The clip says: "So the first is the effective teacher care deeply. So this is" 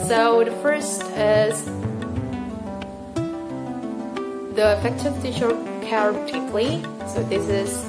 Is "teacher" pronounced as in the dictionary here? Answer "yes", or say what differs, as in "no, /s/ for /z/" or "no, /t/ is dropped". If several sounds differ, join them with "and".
no, /ʃ/ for /tʃ/